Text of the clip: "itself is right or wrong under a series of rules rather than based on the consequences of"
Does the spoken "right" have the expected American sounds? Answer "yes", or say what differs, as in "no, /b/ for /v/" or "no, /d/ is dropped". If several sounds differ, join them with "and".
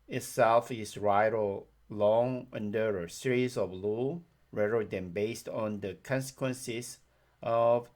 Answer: yes